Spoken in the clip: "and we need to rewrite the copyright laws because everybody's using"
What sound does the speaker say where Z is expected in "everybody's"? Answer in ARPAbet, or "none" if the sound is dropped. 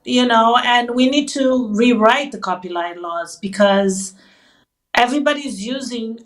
Z